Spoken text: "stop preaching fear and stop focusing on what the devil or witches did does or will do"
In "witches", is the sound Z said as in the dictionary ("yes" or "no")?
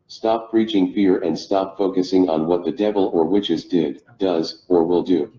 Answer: yes